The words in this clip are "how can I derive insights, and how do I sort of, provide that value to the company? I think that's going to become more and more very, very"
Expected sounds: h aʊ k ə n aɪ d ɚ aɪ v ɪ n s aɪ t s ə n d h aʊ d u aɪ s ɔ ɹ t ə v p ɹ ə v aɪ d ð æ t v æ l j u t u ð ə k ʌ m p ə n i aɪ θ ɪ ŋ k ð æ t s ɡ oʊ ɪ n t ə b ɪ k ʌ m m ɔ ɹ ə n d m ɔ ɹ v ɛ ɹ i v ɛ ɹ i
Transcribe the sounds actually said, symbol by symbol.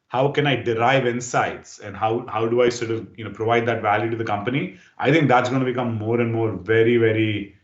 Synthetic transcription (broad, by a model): h aʊ k ə n aɪ d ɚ aɪ v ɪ n s aɪ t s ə n d h aʊ d u aɪ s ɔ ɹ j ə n p ɹ ə v aɪ d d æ t v æ l j u t u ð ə k ʌ m p ə n i aɪ t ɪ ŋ k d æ t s ɡ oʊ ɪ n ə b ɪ k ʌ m m ɔ ɹ ə n d m ɔ ɹ v ɛ ɹ i v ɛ ɹ i